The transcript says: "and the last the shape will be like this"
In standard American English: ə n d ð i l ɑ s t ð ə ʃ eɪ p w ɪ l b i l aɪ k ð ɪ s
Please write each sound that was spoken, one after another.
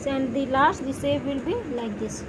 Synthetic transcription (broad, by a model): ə n d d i l ɑ s t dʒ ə s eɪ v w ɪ l b i l aɪ k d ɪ s